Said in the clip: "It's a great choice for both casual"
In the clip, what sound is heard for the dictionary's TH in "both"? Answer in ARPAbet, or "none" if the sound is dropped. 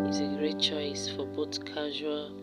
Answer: T